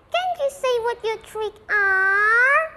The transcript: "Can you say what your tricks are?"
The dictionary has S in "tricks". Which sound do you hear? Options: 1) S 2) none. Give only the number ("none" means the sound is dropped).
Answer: 2